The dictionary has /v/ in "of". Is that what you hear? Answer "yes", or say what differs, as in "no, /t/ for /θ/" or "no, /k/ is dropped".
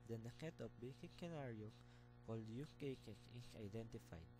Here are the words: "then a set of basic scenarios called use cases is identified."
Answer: no, /p/ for /v/